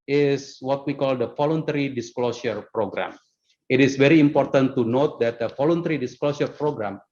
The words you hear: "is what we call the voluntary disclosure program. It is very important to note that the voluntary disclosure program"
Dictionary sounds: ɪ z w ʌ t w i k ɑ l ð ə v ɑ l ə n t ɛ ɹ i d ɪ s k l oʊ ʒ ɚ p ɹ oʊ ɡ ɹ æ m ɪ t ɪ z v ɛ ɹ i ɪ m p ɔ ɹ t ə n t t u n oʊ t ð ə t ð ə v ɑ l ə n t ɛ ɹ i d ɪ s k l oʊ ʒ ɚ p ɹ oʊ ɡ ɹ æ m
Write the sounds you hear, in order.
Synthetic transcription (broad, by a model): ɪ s w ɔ t w i k ɑ l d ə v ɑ l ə n t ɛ ɹ i d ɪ s k l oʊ s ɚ p ɹ oʊ ɡ ɹ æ m ɪ t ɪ s v ɛ ɹ i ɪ m p ɔ ɹ t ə n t t u n oʊ t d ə t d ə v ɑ l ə n t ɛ ɹ i d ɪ s k l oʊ s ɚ p ɹ oʊ ɡ ɹ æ m